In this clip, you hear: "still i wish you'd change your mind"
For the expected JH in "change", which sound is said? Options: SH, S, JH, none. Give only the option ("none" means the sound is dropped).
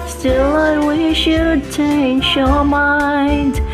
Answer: SH